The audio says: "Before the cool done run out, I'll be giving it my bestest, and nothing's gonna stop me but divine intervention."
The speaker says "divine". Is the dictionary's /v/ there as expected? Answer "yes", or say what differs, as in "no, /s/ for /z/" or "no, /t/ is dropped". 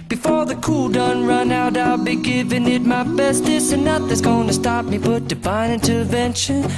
no, /b/ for /v/